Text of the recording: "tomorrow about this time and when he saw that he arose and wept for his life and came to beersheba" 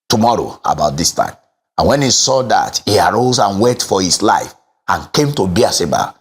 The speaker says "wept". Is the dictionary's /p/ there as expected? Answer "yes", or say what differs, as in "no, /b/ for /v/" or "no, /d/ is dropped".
no, /p/ is dropped